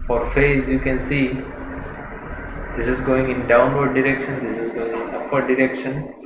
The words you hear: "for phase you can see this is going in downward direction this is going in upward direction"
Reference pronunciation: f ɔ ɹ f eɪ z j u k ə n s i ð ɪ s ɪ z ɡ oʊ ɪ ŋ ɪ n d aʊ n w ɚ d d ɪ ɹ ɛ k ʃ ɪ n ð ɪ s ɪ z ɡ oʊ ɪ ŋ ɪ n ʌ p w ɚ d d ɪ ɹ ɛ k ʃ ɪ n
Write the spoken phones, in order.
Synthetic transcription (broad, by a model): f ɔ ɹ f eɪ z j u k ə n s i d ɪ s ɪ z ɡ oʊ ɪ ŋ ɪ n d aʊ n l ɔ d d ɪ ɹ ɛ k ʃ ɪ n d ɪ s ɪ z ɡ oʊ ɪ ŋ ɪ n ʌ p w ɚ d d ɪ ɹ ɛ k ʃ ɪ n